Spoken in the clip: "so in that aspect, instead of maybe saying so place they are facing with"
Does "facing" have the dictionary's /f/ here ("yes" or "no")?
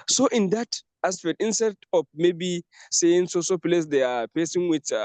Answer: no